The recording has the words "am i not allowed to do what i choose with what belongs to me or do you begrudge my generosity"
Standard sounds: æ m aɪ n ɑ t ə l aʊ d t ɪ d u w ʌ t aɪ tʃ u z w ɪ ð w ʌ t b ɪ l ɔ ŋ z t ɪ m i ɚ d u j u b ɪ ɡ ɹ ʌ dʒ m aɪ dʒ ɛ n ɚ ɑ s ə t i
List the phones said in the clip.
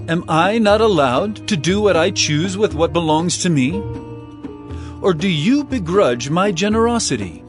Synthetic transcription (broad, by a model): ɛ m aɪ n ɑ t ə l aʊ d t ɪ d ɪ w ʌ t aɪ tʃ u z w ɪ ð w ʌ t b ɪ l ɔ ŋ z t ɪ m i ɚ d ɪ j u b ɪ ɡ ɹ ʌ dʒ m aɪ dʒ ɛ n ɚ ɑ s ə t i